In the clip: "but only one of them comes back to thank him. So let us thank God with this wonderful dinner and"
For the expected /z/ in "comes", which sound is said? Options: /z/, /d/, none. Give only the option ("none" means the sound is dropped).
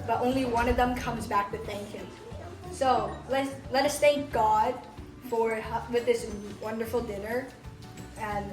/z/